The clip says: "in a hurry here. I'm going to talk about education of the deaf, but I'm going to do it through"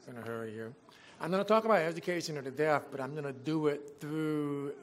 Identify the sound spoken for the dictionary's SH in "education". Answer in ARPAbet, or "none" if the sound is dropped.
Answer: SH